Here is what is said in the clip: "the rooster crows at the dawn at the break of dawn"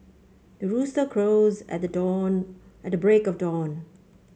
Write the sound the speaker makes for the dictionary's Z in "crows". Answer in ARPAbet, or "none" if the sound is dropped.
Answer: Z